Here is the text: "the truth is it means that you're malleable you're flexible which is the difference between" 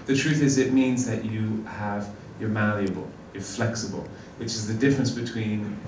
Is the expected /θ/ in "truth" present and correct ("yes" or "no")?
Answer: yes